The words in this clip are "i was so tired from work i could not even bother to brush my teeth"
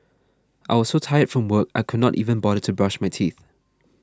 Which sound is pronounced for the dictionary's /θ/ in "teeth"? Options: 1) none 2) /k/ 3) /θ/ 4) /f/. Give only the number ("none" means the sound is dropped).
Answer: 3